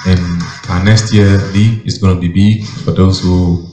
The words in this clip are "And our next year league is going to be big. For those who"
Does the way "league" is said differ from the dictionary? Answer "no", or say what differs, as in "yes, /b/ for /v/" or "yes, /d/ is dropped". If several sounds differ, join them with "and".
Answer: yes, /ɡ/ is dropped